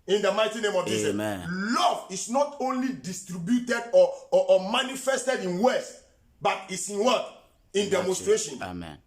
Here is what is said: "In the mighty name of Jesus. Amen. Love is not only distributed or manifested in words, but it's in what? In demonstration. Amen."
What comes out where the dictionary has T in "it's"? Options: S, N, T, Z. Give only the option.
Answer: T